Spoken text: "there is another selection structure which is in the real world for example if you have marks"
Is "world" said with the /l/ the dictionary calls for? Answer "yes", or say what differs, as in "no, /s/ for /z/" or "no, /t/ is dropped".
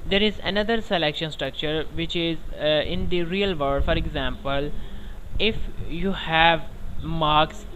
no, /l/ is dropped